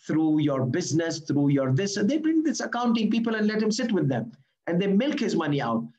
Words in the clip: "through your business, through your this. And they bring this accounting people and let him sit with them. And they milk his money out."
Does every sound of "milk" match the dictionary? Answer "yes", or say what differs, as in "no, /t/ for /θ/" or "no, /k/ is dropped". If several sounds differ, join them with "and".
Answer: yes